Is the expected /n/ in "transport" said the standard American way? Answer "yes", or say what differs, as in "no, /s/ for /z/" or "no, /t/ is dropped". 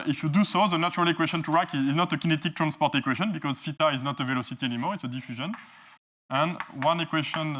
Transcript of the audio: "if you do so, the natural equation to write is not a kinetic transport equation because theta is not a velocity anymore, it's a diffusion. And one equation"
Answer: yes